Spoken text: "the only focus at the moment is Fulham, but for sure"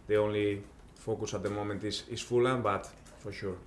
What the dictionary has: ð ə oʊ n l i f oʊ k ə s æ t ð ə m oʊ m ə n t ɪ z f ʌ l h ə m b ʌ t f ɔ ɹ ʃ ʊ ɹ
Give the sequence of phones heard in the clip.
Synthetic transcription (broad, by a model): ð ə oʊ n l i f oʊ k ə s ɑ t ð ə m oʊ m ə n t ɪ s f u l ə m b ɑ t f ɔ ɹ ʃ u ɹ